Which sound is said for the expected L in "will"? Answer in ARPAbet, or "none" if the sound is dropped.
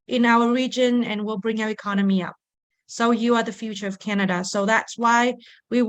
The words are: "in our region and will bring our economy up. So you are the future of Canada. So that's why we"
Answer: L